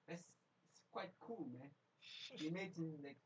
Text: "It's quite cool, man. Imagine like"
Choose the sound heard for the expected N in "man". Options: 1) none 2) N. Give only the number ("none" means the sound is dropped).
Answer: 1